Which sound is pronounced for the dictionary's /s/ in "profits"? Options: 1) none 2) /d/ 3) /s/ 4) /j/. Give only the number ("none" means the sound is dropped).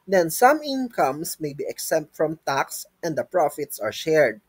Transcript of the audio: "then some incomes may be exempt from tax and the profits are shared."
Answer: 3